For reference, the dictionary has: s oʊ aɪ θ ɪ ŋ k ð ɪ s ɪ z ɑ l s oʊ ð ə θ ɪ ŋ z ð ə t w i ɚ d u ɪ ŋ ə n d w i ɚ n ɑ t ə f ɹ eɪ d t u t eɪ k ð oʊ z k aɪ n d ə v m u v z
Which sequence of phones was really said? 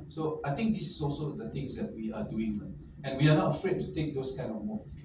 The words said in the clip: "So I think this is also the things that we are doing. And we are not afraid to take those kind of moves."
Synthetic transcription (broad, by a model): s oʊ aɪ t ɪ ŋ k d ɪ s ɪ s ɑ l s oʊ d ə t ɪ ŋ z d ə t w i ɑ d u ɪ ŋ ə n w i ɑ n ɑ t ə f ɹ eɪ d t u t eɪ k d oʊ s k aɪ n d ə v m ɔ